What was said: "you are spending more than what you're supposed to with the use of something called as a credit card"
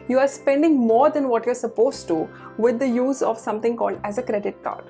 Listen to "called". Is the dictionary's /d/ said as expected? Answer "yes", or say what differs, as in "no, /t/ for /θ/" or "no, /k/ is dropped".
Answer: yes